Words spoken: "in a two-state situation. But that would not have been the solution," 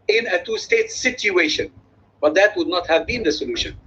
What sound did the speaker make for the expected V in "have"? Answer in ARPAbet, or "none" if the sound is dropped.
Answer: V